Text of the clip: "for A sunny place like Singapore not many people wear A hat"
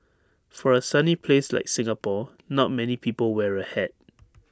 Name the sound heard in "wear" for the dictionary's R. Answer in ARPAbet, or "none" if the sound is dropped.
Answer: R